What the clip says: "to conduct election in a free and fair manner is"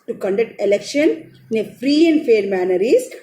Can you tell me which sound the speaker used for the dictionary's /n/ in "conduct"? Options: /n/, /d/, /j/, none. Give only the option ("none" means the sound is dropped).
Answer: /n/